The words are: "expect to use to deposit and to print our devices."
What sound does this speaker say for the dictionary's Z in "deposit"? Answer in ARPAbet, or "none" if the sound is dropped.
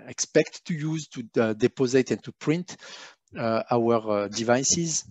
Z